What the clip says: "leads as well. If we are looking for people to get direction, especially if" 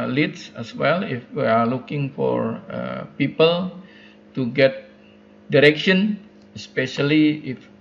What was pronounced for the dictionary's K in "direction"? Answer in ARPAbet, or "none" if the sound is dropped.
K